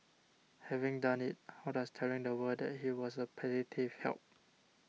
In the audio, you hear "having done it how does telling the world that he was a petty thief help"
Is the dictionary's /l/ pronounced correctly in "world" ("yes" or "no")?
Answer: no